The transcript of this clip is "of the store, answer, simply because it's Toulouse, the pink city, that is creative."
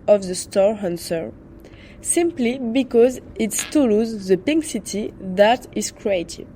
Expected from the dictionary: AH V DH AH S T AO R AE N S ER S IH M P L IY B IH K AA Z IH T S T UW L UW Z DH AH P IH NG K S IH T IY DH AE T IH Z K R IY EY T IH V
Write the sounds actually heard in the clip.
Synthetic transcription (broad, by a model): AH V DH AH S T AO R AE N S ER S IH M P L IY B IH K AA Z IH T S T UW L UW Z DH AH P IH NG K S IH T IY DH AE T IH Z K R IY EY T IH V